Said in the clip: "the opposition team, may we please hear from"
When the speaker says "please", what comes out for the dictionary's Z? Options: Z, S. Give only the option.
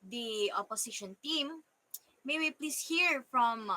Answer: S